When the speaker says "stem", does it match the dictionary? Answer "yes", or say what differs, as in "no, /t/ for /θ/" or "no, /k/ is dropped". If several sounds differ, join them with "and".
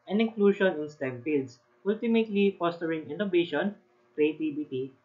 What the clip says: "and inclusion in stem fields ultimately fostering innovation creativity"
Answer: yes